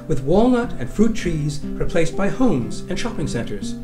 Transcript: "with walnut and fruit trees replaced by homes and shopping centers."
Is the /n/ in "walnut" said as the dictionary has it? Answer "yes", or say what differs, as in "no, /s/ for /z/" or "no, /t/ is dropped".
yes